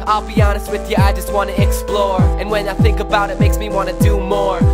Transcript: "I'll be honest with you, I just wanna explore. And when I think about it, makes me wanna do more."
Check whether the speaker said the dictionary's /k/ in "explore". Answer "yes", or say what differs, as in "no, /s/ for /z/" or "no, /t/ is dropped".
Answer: yes